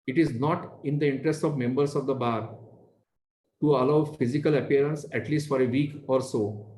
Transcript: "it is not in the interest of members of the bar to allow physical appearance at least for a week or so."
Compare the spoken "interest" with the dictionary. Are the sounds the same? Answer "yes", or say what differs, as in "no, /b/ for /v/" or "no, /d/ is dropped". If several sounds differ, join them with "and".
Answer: yes